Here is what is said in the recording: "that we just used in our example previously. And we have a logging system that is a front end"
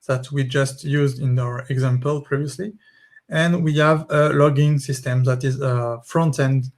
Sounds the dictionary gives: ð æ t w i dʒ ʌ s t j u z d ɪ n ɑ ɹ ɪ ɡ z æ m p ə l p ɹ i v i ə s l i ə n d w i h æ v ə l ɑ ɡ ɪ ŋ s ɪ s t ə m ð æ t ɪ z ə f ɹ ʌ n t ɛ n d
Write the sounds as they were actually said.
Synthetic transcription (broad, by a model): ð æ t w i dʒ ʌ s t j u z d ɪ n ɑ ɹ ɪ ɡ z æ m p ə l p ɹ i v i ə s l i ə n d w i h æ v ə l ɑ ɡ ɪ ŋ s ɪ s t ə m ð æ t ɪ z ə f ɹ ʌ n t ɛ n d